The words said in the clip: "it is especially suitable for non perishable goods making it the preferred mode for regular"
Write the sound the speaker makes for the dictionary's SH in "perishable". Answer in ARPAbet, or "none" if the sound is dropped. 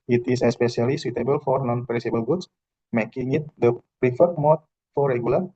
S